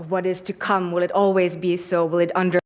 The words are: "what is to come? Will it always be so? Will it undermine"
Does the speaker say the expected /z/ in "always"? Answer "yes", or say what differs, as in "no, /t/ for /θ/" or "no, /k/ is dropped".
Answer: yes